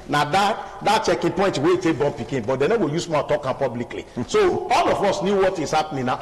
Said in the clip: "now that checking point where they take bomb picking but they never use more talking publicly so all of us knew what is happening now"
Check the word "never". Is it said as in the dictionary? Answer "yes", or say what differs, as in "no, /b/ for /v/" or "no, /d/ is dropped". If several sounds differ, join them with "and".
no, /w/ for /v/